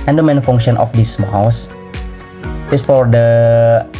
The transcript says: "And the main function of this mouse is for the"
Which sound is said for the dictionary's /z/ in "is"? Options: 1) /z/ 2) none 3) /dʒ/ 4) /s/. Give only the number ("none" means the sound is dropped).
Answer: 4